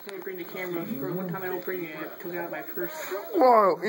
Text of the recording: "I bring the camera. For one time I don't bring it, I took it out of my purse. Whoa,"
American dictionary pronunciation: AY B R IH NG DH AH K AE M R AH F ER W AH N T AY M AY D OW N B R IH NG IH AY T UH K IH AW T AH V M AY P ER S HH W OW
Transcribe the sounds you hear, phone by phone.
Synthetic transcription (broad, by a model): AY B R IH NG DH AH K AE M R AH F ER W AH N T AY M AY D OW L B R IH NG IH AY T UH K IH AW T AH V M AY F ER S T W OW